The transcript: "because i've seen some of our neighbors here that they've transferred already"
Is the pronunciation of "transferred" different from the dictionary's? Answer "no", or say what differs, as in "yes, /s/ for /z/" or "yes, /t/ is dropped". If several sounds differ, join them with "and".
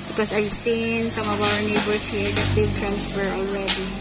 no